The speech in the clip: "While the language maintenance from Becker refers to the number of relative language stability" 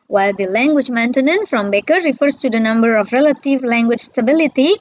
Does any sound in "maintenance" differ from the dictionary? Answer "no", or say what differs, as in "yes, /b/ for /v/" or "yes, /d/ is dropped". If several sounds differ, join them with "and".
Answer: yes, /s/ is dropped